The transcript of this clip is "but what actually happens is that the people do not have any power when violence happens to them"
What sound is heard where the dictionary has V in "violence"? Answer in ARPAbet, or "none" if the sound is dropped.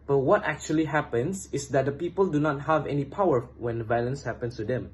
V